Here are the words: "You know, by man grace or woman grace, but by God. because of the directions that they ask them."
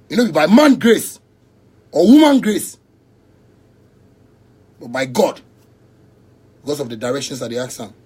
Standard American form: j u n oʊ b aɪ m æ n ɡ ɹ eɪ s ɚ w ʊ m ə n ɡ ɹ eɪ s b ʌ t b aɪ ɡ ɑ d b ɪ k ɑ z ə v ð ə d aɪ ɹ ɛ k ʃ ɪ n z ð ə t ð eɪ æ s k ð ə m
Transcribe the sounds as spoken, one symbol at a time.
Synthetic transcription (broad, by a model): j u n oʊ b aɪ m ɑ n ɡ ɹ eɪ s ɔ w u m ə n ɡ ɹ eɪ s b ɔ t b aɪ ɡ ɑ d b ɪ k ɑ s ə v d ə d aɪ ɹ ɛ k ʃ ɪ n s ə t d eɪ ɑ k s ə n